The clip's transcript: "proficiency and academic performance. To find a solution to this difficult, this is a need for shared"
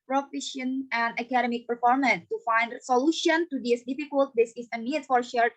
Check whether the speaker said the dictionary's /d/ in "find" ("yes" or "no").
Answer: yes